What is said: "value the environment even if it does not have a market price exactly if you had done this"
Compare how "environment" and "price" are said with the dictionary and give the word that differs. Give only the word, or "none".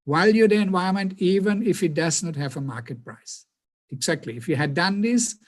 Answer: environment